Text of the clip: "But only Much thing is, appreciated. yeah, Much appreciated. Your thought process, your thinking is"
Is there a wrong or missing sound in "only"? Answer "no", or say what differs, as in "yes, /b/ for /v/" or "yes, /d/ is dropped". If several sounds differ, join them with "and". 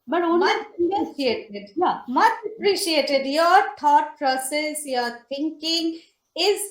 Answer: yes, /l/ is dropped